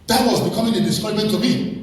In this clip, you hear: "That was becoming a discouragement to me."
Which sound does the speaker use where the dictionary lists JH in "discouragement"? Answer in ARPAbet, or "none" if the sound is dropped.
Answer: none